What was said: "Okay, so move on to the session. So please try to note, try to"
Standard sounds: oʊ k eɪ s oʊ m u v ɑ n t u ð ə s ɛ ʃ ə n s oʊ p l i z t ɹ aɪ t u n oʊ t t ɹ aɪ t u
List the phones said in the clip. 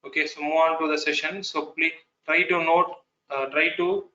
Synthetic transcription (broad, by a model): oʊ k eɪ s oʊ m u ɑ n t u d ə s ɛ ʃ ə n s oʊ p l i t ɹ aɪ t u n oʊ t t ɹ aɪ t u